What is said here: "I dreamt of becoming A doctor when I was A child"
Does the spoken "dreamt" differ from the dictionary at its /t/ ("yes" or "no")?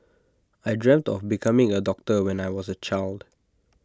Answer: no